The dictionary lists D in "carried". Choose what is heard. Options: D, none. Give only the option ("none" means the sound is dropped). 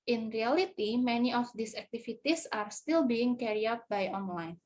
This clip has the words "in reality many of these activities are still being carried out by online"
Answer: none